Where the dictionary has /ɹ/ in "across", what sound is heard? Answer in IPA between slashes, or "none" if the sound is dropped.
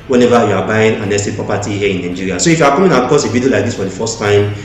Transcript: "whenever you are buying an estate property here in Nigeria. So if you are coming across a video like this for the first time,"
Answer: none